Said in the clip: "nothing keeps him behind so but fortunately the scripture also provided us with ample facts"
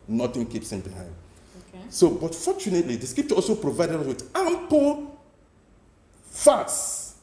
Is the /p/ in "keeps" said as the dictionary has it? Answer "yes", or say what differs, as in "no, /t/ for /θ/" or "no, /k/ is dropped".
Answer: yes